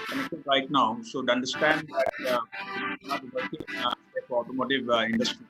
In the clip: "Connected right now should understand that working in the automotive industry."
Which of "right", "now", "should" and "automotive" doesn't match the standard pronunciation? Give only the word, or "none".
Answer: should